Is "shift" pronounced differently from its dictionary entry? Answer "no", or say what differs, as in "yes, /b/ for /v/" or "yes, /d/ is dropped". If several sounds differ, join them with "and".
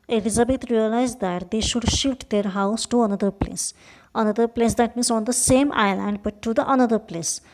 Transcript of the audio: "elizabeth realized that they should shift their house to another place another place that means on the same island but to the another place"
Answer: no